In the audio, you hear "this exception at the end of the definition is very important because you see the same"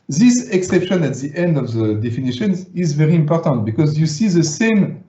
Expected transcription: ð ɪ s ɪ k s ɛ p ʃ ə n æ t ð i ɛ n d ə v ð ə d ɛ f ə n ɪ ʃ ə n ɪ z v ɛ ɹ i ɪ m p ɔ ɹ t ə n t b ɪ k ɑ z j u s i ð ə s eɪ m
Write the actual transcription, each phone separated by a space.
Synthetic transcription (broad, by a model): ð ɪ s ɪ k s ɛ p ʃ ə n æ t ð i ɛ n d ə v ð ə d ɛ f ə n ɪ ʃ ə n ɪ z v ɛ ɹ i ɪ m p ɔ ɹ t ə n t b ɪ k ɑ z j u s i ð ə s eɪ m